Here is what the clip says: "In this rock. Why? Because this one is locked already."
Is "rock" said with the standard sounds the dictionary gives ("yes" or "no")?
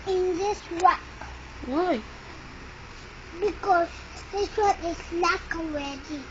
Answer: no